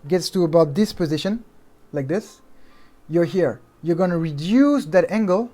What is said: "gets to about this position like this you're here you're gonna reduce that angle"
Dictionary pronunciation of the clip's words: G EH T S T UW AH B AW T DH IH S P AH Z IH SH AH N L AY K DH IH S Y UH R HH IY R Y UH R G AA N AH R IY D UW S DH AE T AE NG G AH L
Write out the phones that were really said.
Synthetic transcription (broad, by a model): G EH T S T UW AH B AW T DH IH S P AH Z IH SH AH N L AY K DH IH S Y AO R HH IY R Y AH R G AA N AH R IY D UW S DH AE T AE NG G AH L